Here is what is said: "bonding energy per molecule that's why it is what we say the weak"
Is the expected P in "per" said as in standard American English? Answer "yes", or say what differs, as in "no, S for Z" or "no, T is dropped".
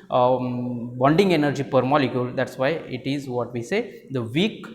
yes